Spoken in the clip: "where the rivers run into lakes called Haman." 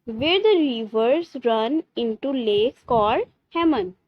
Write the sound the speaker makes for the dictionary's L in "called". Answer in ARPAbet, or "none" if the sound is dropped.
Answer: none